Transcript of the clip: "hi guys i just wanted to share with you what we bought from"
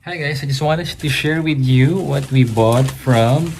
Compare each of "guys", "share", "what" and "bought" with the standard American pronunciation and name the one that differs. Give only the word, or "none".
guys